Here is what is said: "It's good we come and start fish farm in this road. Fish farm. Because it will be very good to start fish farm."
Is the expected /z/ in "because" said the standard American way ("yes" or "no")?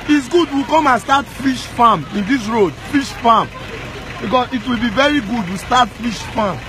no